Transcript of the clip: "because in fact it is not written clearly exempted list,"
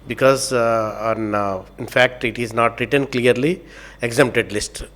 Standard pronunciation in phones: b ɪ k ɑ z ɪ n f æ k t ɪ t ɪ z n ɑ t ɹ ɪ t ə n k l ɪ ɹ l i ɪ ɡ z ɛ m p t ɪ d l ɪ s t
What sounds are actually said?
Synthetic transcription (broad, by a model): b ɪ k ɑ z ɪ n f æ k t ɪ t ɪ z n ɑ t ɹ ɪ t ə n k l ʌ ɹ l i ɪ ɡ z ɛ m p t ɪ d l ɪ s t